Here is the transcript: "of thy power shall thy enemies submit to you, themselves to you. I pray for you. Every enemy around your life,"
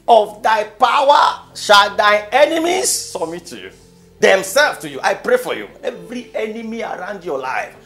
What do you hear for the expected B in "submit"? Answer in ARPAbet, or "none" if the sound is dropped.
none